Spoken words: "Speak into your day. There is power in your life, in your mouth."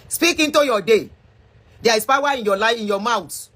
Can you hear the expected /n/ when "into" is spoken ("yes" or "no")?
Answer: yes